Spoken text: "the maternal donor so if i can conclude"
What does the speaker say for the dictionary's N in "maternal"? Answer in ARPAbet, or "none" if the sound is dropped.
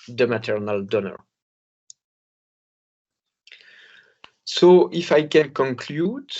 N